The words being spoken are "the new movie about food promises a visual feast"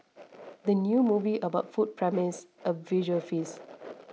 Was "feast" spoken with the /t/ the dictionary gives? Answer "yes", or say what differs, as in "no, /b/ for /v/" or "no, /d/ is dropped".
no, /t/ is dropped